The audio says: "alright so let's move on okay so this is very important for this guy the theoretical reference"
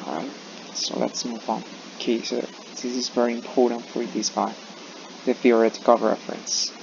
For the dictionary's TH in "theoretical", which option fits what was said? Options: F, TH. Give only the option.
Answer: F